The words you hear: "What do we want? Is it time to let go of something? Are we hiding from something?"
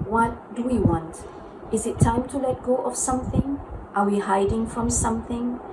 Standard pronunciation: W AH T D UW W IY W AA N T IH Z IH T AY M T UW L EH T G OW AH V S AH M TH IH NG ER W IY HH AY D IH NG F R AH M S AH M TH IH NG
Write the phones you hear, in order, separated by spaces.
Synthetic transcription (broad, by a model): W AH T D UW W IY W AA N T IH Z IH T AY M T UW L EH T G OW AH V S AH M TH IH NG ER W IY HH AY D IH NG F R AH M S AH M TH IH NG